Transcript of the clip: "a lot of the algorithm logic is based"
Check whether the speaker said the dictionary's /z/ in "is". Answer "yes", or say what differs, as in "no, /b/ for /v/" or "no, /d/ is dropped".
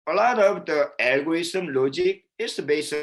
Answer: no, /s/ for /z/